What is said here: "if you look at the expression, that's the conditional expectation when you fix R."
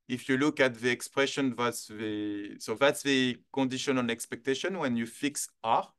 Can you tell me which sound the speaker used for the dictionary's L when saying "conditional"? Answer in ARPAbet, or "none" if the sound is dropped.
N